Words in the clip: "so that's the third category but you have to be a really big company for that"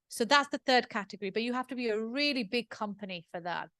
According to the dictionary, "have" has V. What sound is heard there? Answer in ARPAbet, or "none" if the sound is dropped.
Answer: F